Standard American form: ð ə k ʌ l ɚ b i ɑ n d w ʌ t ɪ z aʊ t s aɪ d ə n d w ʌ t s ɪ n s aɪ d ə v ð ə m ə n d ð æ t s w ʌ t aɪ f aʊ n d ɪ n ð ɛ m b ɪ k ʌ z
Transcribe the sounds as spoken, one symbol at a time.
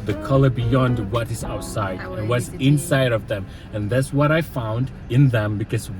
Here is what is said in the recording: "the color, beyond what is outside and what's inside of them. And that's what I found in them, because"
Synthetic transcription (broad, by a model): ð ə k ʌ l ɚ b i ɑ n d w ʌ t ɪ z aʊ t s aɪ ə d w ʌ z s ɪ n s aɪ d ə v ð ə m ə n ð æ t s w ʌ t aɪ f aʊ n d ɪ n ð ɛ m b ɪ k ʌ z